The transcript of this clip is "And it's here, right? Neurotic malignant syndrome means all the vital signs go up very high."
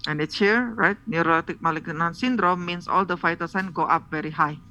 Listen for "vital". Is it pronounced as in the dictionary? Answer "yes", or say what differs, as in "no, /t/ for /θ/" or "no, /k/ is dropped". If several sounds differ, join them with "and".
no, /f/ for /v/